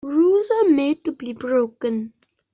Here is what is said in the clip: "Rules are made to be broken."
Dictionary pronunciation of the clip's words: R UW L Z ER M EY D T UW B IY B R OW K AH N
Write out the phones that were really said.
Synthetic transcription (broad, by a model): R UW Z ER M EY D T UW B IY B R OW K AH N